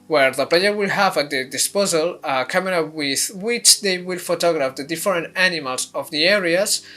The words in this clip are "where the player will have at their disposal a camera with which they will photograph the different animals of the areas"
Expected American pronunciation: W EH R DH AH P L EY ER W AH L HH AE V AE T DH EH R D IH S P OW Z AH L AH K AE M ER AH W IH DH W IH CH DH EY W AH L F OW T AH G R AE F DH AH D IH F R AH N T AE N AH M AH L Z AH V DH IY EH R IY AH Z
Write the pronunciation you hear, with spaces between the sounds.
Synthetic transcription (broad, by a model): W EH R DH AH P L EY ER W AH L HH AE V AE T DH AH D IH S P OW Z AH L K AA M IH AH W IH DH W IH CH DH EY W AH L F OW T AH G R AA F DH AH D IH F R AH N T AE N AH M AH L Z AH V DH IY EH R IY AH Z